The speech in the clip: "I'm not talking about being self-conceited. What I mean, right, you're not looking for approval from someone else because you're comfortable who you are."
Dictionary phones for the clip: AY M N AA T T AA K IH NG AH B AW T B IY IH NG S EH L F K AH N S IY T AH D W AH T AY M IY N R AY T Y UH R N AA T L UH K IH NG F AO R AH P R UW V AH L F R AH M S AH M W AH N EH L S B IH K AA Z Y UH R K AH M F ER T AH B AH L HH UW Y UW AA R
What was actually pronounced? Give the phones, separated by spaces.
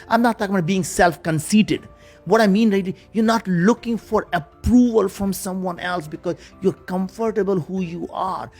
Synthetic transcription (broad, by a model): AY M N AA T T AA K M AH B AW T B IY IH NG S EH L F K AH N S IY T AH D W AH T AY M IY N L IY Y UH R N AA T L UH K IH NG F AO R AH P R UW V AH L F R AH M S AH M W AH N EH L S B IH K AA Z Y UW R K AH M F ER T AH B AH L HH UW Y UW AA R